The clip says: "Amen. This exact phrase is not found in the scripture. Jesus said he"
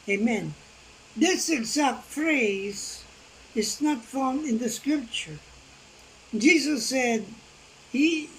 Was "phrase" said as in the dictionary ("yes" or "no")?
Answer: yes